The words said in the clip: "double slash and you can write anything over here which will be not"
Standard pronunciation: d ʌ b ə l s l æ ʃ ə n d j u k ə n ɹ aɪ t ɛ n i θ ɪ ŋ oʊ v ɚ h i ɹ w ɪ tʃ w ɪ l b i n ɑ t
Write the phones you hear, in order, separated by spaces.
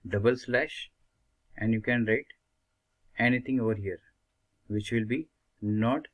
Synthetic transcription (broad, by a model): d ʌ b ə l s l æ ʃ ə n d j u k ə n ɹ aɪ t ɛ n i t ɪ ŋ oʊ v ɚ h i ɹ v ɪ tʃ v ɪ l b i n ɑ t